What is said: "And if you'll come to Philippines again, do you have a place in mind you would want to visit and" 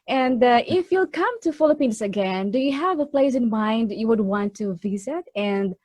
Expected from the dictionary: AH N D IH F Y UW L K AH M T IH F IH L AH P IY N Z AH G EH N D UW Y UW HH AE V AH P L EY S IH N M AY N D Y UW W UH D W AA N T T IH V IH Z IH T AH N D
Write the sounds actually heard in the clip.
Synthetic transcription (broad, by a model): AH N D IH F Y UW L K AH M T IH F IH L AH P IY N S AH G EH N D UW Y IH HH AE V AH P L EY S IH N M AY N D Y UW W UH D W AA N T T IH V IH Z IH T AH N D